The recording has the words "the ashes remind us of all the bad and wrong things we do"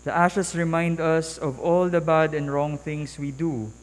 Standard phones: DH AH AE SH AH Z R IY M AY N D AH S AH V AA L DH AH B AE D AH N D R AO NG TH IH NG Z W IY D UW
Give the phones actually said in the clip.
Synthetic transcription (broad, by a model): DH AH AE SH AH S R IY M AY N D AH S AH V AA L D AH B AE D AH N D R AO NG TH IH NG S W IY D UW